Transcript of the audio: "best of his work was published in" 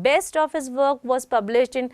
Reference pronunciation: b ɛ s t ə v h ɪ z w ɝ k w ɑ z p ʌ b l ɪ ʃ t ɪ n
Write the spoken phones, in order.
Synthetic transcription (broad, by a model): b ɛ s t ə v h ɪ z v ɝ k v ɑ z p ʌ b l ɪ ʃ t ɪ n